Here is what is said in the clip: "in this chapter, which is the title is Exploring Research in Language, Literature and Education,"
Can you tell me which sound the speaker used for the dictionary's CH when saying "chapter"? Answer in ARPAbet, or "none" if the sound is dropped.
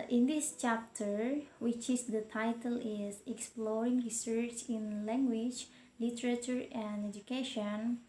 CH